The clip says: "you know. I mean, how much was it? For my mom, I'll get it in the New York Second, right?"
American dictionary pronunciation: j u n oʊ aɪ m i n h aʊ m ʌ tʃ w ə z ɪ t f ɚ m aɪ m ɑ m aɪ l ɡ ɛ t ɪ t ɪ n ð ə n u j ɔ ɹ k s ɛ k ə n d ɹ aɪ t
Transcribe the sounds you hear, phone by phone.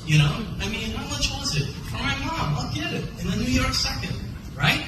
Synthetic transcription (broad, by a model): j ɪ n oʊ aɪ m i n h aʊ m ʌ tʃ w ə z ɪ t f ɚ m aɪ m ɑ m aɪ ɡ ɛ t ɪ t ɪ n ð ə n u j ɔ ɹ k s ɛ k ə n d ɹ aɪ t